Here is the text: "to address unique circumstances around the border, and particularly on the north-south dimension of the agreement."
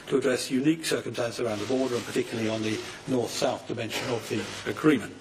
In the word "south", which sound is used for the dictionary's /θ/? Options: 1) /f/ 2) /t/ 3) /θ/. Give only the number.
3